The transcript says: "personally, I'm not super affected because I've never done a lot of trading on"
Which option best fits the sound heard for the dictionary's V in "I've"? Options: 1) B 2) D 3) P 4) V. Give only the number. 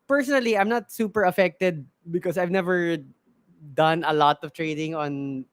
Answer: 4